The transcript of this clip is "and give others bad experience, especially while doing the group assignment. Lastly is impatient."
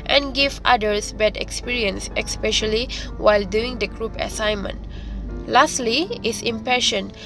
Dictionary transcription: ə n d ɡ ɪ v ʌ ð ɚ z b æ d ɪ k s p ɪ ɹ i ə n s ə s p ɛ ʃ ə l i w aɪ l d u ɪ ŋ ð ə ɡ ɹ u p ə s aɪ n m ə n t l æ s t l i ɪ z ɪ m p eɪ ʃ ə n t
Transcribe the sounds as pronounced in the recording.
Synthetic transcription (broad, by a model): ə n ɡ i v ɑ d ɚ s b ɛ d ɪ k s p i ɹ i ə n s ə s p ɛ ʃ ə l i w aɪ l d u ɪ ŋ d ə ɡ ɹ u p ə s aɪ n m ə n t l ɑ s t l i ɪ s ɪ m p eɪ ʃ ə n